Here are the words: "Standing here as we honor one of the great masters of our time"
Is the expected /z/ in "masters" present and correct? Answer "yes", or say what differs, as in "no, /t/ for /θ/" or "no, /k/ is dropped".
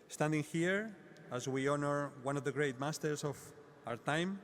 no, /s/ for /z/